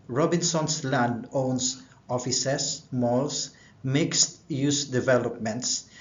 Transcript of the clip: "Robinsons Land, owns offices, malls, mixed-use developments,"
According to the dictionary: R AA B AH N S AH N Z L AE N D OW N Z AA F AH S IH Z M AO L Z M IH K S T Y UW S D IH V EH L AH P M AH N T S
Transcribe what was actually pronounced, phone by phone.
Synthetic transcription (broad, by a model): R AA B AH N S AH N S L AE N D OW N S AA F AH S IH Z M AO L S M IH K S T Y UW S D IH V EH L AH P M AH N T S